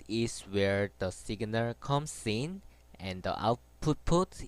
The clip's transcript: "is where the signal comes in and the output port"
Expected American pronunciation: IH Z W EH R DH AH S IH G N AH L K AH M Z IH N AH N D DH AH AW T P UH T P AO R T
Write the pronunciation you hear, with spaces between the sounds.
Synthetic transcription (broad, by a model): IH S W EH R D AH S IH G N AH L K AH M S IH N AH N D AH AW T P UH T P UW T